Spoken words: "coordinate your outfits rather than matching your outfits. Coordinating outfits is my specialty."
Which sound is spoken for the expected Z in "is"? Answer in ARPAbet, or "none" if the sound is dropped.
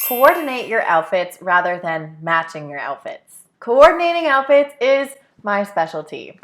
Z